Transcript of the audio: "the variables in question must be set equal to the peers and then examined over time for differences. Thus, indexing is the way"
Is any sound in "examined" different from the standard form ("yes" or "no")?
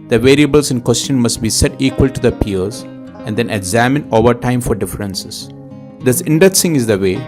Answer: yes